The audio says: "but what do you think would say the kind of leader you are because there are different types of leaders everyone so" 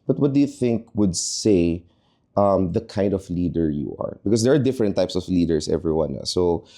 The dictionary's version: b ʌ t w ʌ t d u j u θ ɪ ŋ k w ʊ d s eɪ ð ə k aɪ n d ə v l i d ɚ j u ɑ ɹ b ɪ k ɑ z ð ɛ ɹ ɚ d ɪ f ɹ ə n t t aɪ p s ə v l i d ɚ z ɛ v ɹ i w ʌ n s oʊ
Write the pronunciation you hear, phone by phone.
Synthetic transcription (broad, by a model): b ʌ t w ʌ t d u j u θ ɪ ŋ k w ʊ d s eɪ ð ə k aɪ n d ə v l i d ɚ j u ɑ ɹ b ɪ k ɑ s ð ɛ ɹ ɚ d ɪ f ɹ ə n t t aɪ p s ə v l i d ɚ s ɛ v ɹ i w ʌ n s oʊ